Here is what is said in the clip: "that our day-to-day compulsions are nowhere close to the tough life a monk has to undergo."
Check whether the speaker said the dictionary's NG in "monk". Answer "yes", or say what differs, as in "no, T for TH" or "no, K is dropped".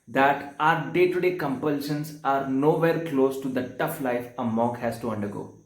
no, NG is dropped